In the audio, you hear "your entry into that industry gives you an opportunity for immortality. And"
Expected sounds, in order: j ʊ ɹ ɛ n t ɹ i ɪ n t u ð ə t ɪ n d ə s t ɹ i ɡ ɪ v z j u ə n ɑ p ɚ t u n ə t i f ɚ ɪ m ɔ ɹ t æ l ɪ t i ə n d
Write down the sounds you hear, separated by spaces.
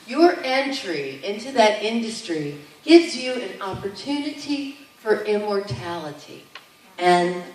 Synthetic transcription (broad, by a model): j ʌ ɹ ɛ n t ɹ i ɪ n t u ð ə t ɪ n d ə s t ɹ i ɡ ɪ v z j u ə n ɑ p ɚ t u n ə t i f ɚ ɪ m ɔ ɹ t æ l ɪ t i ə n